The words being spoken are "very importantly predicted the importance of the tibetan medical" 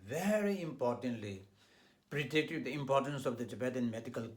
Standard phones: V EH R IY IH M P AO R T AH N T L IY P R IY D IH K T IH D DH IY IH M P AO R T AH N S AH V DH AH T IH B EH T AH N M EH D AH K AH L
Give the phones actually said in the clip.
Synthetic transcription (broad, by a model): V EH R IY IH M P AO R T AH N T L IY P R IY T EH T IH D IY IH M P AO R T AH N S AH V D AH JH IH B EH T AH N M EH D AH K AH L